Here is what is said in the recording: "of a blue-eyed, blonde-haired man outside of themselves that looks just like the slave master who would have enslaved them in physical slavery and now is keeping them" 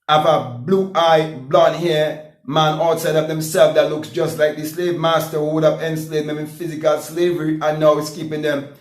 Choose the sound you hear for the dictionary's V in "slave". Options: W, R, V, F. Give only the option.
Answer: V